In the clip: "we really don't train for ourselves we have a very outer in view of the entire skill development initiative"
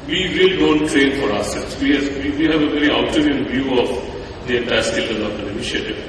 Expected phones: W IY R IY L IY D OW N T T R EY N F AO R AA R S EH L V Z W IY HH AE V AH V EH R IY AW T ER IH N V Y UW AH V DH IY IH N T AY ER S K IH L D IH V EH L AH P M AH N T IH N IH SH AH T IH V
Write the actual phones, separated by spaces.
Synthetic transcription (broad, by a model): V IY R IY L IY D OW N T T R EY N F AO R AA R S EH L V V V IY HH AE V AH V EH R IY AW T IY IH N V Y UW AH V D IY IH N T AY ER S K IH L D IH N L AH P AH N IH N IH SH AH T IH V